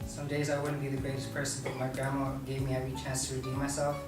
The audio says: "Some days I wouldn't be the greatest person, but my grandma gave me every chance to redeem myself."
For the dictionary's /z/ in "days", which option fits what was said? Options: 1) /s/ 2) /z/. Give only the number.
2